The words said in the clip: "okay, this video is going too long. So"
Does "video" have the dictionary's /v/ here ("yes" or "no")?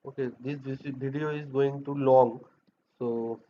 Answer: no